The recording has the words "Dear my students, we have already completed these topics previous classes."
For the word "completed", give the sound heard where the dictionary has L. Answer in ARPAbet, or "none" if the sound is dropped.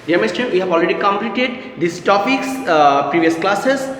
L